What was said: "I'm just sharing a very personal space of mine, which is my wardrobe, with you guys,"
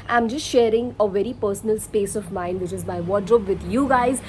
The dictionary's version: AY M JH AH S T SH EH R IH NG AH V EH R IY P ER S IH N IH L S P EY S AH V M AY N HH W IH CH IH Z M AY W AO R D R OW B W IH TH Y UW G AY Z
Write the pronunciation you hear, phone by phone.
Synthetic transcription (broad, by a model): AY M JH AH S T SH EH R IH NG AH V EH R IY P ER S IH N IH L S P EY S AH V M AY N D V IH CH IH Z M AY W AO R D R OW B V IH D Y UW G AY Z